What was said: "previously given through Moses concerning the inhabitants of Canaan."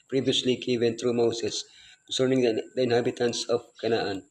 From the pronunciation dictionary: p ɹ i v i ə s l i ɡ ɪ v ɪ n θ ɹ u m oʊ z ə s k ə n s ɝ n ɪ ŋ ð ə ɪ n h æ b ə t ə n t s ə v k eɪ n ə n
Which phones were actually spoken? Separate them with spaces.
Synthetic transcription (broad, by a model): p ɹ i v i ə s l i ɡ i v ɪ n t ɹ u m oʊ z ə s k ə n s ɝ n ɪ ŋ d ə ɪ n h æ b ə t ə n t s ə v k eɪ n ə n